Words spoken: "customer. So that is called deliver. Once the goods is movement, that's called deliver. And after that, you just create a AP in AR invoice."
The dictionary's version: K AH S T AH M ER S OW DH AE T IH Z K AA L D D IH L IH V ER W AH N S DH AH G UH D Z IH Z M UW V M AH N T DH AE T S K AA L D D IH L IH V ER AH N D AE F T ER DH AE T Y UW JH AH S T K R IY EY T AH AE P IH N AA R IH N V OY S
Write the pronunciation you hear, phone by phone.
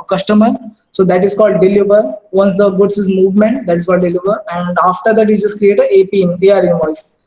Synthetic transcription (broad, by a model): K AH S T AH M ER S OW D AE T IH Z K AA L D D IH L IH V ER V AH N S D AH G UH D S IH Z M UW V M AH N T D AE T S K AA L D D IH L IH V ER AH N D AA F T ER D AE T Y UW JH AH S T K R IY EY T AH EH P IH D AA R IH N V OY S